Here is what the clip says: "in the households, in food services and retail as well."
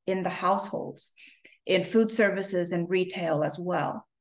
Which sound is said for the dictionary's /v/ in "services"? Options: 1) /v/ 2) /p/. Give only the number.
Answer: 1